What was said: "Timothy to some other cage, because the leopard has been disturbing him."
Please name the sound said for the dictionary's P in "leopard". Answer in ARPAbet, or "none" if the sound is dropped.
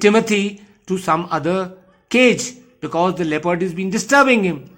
P